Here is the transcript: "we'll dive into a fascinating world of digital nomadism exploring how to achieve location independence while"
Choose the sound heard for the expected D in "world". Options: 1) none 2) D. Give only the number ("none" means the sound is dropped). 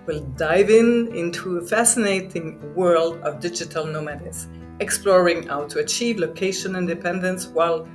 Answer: 2